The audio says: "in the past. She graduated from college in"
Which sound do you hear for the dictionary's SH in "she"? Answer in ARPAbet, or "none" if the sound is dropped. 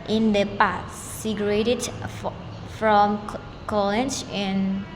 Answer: S